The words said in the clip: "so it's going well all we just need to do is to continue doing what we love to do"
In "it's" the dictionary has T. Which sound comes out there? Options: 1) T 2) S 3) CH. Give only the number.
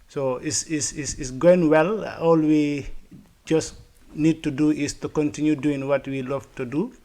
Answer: 2